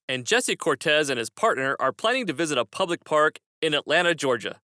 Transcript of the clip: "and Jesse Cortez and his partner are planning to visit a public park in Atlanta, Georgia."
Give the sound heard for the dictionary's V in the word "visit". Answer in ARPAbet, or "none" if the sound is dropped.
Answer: V